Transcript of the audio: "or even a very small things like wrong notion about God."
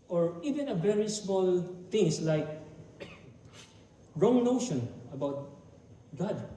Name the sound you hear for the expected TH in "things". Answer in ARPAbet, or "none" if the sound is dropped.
T